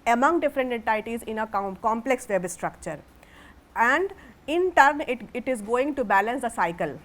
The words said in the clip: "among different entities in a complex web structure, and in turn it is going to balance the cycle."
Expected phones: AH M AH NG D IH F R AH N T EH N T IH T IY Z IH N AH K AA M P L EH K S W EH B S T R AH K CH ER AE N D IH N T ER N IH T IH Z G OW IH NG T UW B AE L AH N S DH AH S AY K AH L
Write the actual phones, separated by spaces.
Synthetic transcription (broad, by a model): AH M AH NG D IH F R AH N T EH N T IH T IY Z IH N AH K AA M P L EH K S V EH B S T R AH K CH ER AE N D IH N T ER N IH T IH Z G OW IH NG T UW B AE L AH N S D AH S AY K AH L